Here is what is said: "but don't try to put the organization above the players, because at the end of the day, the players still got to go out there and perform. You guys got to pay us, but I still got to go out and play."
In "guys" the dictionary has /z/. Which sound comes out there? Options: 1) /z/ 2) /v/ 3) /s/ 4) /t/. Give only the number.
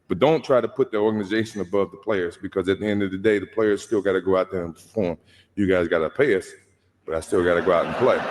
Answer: 1